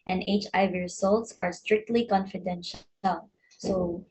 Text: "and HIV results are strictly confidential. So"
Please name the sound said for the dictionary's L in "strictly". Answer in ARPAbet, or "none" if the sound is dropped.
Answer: L